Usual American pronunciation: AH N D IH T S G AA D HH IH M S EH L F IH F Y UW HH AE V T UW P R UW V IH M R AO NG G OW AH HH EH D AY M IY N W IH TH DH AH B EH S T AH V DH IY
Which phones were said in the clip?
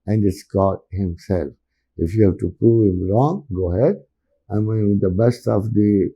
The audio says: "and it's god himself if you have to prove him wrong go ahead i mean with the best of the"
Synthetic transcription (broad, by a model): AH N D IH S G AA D HH IH M S EH L F IH F Y UW HH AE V T UW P UW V IH M R AO NG G OW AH HH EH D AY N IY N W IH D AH B EH S T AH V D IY